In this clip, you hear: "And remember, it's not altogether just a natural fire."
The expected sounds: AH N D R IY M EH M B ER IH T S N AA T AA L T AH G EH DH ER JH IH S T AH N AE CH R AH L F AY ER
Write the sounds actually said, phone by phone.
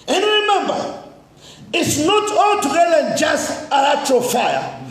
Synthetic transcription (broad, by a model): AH N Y R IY M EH M B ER IH T S N AA T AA L T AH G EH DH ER JH IH S T AH L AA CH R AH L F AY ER